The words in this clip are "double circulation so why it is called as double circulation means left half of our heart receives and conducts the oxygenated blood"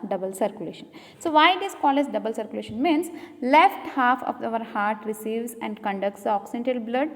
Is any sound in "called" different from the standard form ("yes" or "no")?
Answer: yes